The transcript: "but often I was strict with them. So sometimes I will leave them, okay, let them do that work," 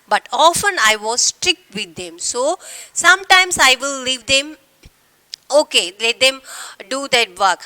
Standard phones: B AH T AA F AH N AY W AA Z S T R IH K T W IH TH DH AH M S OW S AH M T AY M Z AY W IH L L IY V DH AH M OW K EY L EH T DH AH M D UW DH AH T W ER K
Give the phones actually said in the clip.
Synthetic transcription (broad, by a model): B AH T AA F AH N AY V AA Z S T R IH K T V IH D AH M S OW S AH M T AY M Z AY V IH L L IY V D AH M OW K EY L EH T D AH M D UW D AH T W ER K